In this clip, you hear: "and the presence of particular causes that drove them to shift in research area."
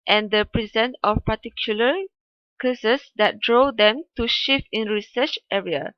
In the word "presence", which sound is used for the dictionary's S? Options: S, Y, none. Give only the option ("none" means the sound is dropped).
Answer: none